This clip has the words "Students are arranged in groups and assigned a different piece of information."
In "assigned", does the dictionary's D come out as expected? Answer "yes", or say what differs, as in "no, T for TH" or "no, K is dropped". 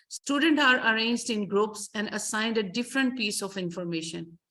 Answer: yes